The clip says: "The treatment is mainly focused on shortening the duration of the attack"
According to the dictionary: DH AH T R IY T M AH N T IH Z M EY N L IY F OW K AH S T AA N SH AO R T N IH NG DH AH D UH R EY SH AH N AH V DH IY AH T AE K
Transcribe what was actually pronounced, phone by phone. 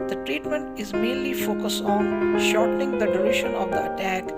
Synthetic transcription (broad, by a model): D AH T R IY T M AH N T IH Z M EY N L IY F OW K AH S T AA N SH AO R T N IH NG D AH D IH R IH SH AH N AH V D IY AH T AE K